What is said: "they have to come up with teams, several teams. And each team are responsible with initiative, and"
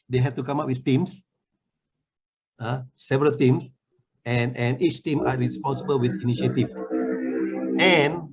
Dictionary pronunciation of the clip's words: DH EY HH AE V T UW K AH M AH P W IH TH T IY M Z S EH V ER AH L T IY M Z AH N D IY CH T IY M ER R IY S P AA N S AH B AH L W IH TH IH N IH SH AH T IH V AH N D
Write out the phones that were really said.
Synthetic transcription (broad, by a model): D EY HH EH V T UW K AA M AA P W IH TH T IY M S S EH V ER AH L T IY M S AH N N IY CH T IY M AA R IY S P AA N S AH B AH L W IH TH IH N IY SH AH T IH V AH N